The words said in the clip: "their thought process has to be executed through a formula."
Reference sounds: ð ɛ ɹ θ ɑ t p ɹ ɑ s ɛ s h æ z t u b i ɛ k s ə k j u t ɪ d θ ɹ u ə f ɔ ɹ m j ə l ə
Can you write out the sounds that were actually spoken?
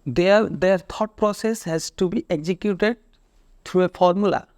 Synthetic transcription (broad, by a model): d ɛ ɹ t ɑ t p ɹ ɑ s ɛ s h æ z t u b i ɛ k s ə k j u t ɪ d t ɹ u ə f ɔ ɹ m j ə l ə